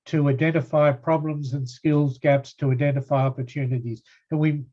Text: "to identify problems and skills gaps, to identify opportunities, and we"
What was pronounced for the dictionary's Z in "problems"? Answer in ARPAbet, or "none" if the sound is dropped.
Z